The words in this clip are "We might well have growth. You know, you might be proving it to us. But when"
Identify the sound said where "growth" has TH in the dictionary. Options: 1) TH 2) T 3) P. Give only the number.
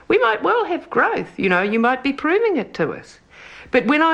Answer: 1